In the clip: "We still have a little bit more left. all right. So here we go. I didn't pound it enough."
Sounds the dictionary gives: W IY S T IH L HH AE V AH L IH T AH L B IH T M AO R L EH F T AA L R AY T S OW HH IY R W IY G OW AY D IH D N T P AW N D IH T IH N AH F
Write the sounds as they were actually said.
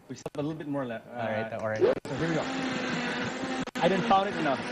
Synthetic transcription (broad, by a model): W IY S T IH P AH L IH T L B IH T M AO R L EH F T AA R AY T S OW HH IY R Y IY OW AY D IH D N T F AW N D IH T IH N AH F